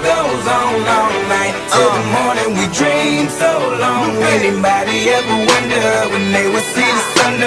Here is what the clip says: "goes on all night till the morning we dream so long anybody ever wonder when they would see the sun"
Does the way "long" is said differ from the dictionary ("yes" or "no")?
no